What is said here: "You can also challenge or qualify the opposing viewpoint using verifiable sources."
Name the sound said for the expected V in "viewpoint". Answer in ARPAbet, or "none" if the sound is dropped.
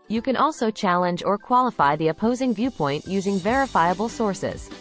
V